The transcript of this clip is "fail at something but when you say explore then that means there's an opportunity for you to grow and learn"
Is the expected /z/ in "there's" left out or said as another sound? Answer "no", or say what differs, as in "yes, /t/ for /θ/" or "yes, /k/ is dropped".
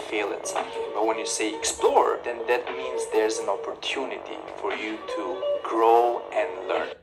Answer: no